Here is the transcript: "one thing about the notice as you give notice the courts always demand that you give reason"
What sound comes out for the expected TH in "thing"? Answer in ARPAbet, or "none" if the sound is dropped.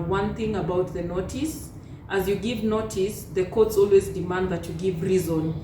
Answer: TH